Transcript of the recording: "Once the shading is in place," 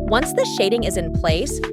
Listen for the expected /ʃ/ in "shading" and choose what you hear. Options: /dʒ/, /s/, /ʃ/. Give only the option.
/ʃ/